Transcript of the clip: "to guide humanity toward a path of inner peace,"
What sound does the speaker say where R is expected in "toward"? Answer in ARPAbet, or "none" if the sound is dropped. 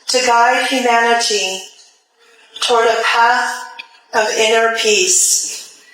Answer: R